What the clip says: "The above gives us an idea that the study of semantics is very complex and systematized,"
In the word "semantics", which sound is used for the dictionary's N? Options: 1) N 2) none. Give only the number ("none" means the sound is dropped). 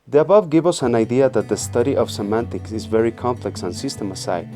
1